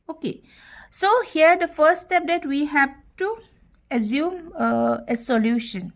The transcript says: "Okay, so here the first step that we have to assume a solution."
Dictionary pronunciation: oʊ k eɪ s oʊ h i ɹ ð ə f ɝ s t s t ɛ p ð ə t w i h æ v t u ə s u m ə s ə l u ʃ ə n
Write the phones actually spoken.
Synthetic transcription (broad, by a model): oʊ k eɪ s oʊ h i ɹ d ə f ɝ s t s t ɛ p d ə t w i h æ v t u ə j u m ə s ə l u ʃ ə n